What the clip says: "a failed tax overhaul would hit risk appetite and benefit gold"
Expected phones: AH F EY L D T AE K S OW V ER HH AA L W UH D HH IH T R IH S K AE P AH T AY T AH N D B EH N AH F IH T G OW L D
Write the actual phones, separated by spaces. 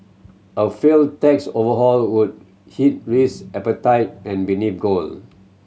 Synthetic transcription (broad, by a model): AH F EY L T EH K S OW V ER HH AA L W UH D HH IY T R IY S EH P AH T AY T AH N B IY N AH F G OW L